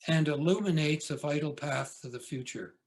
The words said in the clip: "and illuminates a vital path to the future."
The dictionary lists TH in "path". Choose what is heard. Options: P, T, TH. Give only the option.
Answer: TH